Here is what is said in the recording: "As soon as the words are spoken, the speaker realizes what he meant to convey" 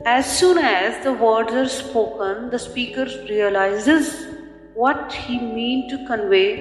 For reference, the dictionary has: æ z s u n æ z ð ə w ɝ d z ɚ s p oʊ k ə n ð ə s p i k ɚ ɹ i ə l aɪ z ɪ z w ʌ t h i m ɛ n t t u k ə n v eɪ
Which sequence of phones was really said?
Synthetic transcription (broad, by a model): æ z s u n æ z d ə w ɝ d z ɚ s p oʊ k ə n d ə s p i k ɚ ɹ i ə l aɪ z ɪ z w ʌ t h i m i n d t u k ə n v eɪ